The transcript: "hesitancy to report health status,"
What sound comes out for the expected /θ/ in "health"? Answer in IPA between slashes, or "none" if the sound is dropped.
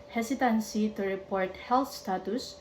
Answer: /t/